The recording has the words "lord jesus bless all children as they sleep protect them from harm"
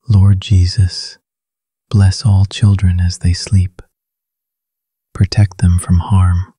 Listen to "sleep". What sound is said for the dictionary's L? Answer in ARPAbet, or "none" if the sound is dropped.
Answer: L